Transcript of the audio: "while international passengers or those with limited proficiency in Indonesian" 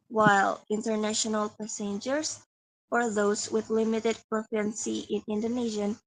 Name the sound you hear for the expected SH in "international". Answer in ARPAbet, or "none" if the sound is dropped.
SH